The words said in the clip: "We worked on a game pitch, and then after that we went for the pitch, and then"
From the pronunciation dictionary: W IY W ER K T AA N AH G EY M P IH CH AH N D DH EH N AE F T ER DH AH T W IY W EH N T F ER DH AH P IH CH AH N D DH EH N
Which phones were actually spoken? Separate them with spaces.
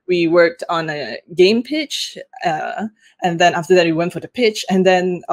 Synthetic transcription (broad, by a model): W IY W ER K T N AH G EY M P IH CH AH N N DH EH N AE F T ER DH AH T W IY W EH N T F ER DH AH P IH CH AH N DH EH N